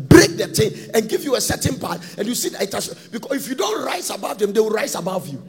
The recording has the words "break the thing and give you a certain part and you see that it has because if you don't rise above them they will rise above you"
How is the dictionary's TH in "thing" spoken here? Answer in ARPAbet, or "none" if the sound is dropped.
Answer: T